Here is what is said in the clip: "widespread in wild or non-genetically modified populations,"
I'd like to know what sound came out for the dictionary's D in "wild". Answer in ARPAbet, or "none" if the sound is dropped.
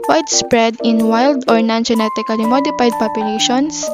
D